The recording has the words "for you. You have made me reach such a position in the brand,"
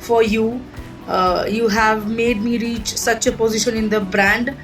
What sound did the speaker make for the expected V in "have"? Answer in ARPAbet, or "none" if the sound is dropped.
V